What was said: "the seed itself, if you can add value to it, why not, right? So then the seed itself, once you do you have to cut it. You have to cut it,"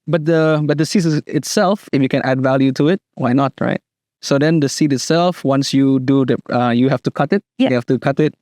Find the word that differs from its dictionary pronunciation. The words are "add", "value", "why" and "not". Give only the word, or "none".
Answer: none